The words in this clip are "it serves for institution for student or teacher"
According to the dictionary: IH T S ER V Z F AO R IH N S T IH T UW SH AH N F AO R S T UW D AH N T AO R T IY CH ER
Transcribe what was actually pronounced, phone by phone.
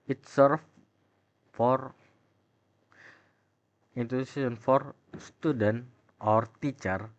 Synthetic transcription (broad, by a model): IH T S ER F F AO R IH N T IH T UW S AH N F AO R S T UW D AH N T AO R T IY CH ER